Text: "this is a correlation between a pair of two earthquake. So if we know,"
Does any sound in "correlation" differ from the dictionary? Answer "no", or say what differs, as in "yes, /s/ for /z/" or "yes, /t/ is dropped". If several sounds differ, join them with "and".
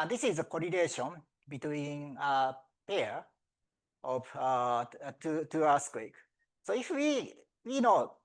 yes, /n/ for /l/